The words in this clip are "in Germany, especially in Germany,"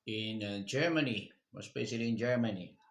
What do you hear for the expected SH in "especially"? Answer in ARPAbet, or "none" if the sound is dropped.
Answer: S